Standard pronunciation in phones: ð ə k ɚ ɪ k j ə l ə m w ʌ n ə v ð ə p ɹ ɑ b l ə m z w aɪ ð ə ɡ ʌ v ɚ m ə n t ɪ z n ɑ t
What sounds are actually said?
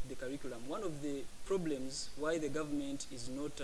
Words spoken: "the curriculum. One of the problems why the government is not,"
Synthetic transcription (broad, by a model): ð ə k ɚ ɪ k j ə l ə m w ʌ n ə v ð ə p ɹ ɑ b l ə m z w aɪ ð ə ɡ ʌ v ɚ m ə n t ɪ z n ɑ t